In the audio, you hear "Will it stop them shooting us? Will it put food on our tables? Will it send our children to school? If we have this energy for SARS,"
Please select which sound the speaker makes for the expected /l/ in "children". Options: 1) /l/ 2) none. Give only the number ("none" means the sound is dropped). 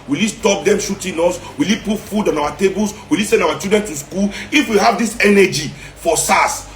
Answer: 2